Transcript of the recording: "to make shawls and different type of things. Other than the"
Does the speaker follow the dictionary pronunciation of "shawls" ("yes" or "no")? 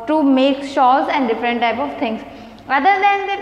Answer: no